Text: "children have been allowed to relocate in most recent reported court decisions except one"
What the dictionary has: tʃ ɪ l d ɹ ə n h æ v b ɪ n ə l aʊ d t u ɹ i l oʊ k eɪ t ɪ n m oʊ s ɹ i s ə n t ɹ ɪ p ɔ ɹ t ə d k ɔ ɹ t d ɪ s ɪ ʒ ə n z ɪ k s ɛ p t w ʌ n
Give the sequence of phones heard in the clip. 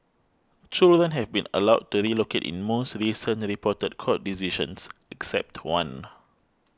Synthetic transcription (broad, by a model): tʃ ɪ l d ɹ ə n h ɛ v b ɪ n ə l aʊ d t u ɹ i l oʊ k eɪ t ɪ n m oʊ s ɹ i s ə n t ɹ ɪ p ɔ t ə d k ɔ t d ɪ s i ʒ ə n s ɪ k s ɛ p t w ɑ n